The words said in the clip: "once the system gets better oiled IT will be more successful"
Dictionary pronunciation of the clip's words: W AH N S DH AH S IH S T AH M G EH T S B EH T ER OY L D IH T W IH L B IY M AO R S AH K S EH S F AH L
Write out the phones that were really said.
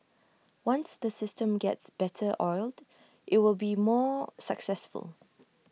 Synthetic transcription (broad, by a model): W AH N S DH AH S IH S T AH M G EH T S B EH T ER OY L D IH T W IH L B IY M AO S AH K S EH S F AH L